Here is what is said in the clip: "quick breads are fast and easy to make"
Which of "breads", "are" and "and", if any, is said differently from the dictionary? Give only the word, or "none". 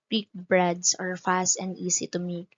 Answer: breads